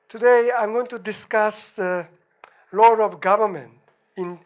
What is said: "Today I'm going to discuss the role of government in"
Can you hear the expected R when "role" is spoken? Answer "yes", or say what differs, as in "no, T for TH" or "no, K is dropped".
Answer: no, L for R